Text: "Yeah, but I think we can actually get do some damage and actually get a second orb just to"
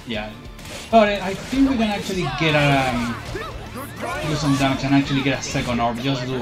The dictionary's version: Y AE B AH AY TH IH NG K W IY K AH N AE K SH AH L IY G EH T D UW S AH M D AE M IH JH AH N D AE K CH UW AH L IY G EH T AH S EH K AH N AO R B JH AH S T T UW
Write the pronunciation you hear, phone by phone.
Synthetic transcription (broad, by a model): Y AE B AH AY TH IH NG K W IY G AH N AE K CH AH L IY G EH T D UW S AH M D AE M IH CH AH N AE K CH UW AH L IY G EH T AH S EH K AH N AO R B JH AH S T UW